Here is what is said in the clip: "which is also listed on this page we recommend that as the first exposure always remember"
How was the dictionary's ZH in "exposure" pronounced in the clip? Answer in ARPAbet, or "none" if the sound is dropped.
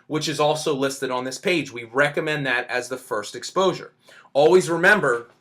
ZH